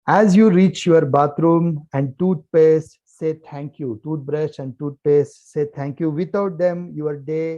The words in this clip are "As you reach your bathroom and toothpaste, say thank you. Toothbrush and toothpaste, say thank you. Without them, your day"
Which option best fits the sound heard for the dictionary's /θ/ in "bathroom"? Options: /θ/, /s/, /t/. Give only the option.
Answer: /t/